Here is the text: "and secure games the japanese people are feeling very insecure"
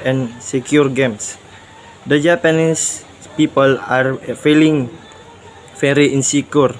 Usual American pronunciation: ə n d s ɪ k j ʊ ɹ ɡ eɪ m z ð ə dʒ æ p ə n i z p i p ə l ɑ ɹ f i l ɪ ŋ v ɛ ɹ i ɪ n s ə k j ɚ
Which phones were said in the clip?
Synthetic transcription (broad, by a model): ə n s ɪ k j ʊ ɹ ɡ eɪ m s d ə dʒ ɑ p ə n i s p i p ə l ɑ ɹ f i l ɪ ŋ f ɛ ɹ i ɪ n s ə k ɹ